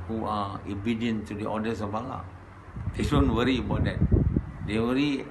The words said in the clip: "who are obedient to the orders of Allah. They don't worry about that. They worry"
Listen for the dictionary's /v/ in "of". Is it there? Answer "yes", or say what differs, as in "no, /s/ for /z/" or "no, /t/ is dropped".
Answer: no, /b/ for /v/